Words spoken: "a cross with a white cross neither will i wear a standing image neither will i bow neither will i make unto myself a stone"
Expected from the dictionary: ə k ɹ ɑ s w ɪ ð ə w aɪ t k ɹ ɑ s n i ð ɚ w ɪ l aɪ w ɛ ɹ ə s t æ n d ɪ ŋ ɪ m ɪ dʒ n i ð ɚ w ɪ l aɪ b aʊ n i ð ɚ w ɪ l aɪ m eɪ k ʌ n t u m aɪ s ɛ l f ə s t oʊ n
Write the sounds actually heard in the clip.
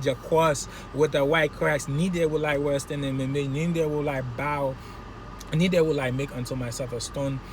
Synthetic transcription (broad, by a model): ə k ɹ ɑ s w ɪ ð ə w aɪ t k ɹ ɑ s n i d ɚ w ɪ l aɪ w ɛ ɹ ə s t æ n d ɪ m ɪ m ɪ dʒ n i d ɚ w ɪ l aɪ b aʊ n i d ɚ w ɪ l aɪ m eɪ k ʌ n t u m aɪ s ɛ f ə s t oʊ n